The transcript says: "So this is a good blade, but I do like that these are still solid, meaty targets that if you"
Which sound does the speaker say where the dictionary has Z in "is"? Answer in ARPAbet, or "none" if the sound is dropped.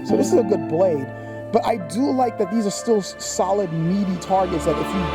Z